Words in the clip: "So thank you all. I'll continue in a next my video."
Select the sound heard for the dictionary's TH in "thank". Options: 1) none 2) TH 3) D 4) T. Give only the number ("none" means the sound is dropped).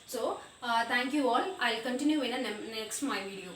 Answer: 4